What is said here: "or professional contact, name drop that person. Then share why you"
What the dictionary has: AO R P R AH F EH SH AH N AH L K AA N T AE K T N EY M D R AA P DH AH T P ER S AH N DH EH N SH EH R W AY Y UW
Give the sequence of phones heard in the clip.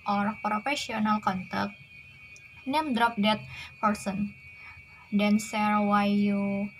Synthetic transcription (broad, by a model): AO R P R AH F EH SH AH N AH L K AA N T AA K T N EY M D R AA P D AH T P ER S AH N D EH N S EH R W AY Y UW